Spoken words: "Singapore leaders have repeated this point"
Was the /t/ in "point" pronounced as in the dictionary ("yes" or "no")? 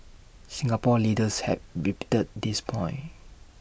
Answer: no